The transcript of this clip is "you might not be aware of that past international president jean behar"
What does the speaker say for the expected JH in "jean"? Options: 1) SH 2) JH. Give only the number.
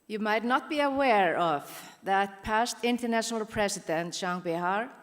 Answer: 1